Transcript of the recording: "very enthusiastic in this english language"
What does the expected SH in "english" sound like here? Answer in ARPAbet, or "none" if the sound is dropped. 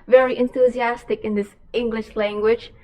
SH